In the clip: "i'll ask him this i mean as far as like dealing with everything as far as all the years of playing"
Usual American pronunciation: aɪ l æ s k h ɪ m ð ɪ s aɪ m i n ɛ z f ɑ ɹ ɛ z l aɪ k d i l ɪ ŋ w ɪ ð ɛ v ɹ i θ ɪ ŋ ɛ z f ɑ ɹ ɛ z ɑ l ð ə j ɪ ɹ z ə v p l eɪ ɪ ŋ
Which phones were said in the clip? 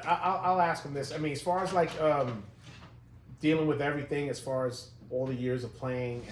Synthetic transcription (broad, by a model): aɪ l æ s k h ɪ m ð ɪ s aɪ m i n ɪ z f ɑ ɹ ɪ z l aɪ k d i l ɪ ŋ w ɪ ð ɛ v ɹ i θ ɪ ŋ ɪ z f ɑ ɹ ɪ z ɑ l ð ə j ɪ ɹ z ə v p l eɪ ɪ ŋ